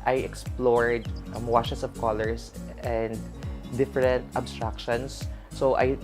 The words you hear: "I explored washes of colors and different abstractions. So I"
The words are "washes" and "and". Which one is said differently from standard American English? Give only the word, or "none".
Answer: washes